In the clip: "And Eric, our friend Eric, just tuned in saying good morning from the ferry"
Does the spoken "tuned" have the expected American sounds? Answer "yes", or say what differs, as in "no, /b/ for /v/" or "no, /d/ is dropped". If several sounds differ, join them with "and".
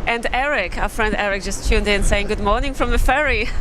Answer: yes